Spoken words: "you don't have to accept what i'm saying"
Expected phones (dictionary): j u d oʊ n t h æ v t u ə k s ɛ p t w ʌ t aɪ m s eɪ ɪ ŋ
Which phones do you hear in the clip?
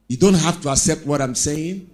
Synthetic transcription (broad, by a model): j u d oʊ n t h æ f t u ə k s ɛ p t w ʌ t aɪ m s eɪ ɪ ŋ